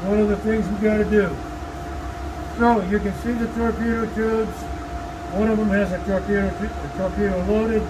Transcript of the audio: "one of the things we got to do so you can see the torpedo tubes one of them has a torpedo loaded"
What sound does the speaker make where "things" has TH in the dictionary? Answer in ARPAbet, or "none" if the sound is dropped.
TH